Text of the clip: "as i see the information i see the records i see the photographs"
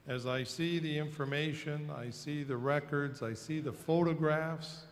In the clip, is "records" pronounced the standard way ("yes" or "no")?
yes